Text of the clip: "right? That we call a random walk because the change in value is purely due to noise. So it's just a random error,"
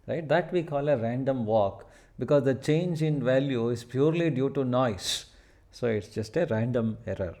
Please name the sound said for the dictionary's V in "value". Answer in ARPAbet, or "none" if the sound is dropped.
V